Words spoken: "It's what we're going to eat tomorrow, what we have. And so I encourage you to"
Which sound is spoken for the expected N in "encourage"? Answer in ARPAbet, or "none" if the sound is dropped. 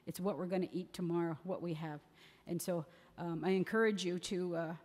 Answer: N